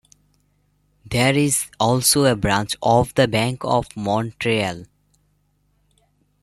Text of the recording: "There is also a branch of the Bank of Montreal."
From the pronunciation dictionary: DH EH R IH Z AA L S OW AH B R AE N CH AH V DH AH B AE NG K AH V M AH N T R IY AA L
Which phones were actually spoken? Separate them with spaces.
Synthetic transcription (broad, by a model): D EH R IH Z AA L S OW AH B R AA N CH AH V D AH B AE NG K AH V M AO N T R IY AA L